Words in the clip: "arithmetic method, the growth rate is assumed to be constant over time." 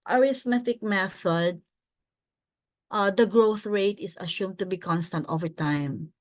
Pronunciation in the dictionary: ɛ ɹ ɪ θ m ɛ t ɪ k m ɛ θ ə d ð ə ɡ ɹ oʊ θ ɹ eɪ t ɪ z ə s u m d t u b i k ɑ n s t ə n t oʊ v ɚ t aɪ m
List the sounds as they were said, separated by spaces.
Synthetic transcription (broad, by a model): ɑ ɹ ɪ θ m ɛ t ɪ k m ɛ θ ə d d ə ɡ ɹ oʊ θ ɹ eɪ t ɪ s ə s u m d t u b i k ɑ n s t ə n t oʊ v ɚ t aɪ m